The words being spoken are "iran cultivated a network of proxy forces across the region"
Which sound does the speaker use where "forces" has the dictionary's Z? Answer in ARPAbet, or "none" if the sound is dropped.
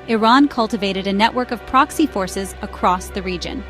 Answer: Z